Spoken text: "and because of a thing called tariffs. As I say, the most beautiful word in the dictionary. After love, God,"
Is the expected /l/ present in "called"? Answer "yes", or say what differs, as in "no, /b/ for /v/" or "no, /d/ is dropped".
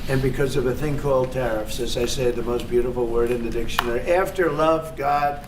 yes